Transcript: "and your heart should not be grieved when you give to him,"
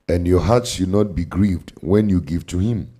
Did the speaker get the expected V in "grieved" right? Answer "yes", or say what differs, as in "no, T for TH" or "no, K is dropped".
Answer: yes